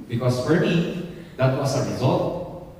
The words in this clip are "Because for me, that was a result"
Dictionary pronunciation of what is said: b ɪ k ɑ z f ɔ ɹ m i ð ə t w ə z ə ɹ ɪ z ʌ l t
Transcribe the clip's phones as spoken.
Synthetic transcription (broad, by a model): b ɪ k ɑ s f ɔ ɹ m i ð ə t w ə s ə ɹ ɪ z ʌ l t